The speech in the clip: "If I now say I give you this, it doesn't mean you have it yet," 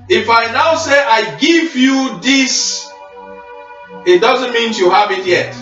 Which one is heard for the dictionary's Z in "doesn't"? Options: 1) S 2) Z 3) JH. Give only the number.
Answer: 2